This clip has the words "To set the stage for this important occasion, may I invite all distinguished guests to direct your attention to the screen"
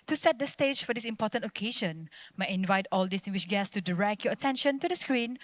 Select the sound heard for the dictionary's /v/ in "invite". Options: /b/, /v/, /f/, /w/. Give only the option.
/v/